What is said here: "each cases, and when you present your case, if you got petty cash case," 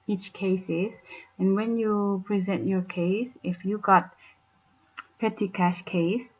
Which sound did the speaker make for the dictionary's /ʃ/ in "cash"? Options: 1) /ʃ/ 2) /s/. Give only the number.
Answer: 1